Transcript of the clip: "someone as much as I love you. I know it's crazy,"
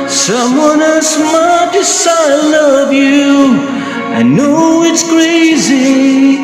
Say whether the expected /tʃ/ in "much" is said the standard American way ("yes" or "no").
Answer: no